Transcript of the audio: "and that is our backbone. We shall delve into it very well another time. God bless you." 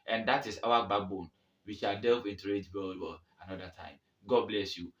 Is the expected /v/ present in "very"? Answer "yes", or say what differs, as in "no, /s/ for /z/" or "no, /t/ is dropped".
no, /w/ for /v/